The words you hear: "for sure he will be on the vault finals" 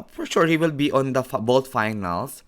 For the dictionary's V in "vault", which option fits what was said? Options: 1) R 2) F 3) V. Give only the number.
2